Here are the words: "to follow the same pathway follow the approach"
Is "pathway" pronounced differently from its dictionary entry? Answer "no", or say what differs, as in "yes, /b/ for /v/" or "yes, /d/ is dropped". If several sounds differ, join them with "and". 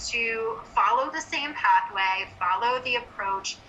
no